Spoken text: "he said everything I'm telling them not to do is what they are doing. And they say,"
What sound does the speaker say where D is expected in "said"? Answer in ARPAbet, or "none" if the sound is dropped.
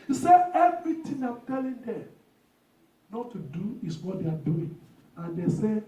none